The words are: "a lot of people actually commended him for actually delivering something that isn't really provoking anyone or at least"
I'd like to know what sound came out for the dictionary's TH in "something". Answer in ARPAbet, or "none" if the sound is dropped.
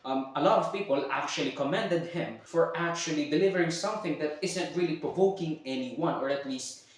TH